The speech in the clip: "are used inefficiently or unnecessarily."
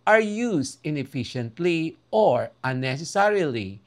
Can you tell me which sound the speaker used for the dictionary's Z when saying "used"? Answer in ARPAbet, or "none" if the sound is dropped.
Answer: S